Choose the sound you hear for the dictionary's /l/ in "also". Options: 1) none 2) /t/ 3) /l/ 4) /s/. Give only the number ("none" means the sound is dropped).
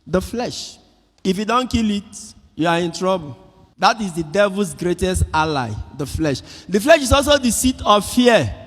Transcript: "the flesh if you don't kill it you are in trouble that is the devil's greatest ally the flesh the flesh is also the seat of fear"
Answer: 3